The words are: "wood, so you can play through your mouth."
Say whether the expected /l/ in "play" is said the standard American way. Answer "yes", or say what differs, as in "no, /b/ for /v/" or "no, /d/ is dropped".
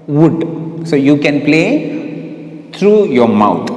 yes